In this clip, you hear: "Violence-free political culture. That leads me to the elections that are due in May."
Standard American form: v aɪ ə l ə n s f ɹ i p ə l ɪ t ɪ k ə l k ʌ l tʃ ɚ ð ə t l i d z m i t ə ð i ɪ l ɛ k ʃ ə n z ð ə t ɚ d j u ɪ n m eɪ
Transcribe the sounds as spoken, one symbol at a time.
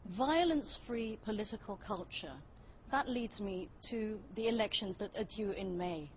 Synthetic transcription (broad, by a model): v aɪ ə l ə n s f ɹ i p ə l ɪ t ɪ k ə l k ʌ l tʃ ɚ ð ə t l i d z m i t ə ð i ɪ l ɛ k ʃ ə n z ð ə t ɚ d j u ɪ n m eɪ